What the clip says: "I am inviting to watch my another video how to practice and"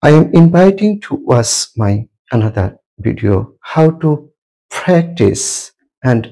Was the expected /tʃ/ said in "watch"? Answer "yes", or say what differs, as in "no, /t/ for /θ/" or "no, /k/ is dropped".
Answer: no, /s/ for /tʃ/